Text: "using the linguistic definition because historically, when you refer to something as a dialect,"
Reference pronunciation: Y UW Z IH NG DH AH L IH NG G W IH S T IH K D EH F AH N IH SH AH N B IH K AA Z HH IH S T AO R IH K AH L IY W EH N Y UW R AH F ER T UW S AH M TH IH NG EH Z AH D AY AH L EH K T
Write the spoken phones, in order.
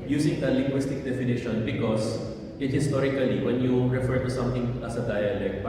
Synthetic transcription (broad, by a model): Y UW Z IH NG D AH L IH NG G W IH S T IH K D EH F AH N IH SH AH N B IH K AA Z HH IH S T AO R IH K AH L IY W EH N Y UW R AH F ER T UW S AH M T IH NG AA S AH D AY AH L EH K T